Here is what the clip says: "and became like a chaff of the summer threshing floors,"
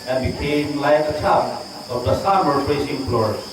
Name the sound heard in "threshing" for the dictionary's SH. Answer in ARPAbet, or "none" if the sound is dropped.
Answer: S